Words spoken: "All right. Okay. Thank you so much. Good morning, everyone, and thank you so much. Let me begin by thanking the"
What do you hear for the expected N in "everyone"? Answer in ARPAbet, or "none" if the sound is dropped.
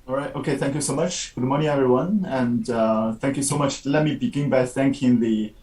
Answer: N